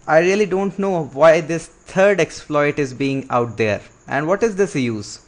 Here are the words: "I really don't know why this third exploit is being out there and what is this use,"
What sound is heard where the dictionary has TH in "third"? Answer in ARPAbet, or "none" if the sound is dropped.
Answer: T